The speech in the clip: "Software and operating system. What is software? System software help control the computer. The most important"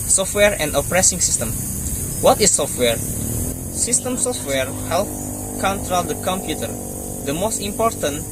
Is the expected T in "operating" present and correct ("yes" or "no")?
no